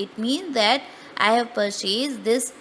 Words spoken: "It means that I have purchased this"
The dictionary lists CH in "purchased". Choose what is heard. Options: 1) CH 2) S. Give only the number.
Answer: 2